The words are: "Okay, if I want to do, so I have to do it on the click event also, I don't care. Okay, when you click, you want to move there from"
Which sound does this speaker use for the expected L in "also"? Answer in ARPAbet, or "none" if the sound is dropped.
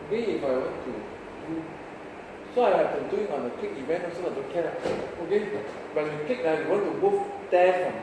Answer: none